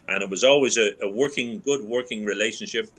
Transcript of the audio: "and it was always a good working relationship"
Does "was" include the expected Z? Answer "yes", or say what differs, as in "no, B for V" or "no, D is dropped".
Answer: yes